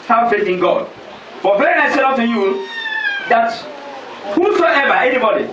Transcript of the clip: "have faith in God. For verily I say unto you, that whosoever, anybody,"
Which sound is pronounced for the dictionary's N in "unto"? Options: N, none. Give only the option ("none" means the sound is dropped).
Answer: none